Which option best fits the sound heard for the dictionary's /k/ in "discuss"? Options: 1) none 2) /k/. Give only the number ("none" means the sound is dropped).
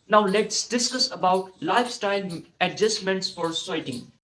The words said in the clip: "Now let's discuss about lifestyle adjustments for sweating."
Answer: 1